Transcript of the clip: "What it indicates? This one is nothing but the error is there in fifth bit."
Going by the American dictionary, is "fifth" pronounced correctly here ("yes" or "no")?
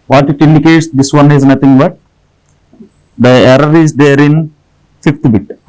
no